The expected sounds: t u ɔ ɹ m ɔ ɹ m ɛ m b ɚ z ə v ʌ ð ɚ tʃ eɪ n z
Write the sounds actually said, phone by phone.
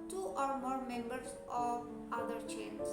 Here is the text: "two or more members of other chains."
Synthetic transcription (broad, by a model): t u ɔ ɹ m ɔ ɹ m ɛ m b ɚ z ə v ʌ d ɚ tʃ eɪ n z